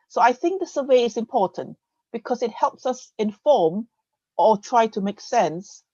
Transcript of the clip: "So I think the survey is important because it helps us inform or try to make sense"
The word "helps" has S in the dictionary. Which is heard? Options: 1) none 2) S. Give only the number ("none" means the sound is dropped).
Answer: 2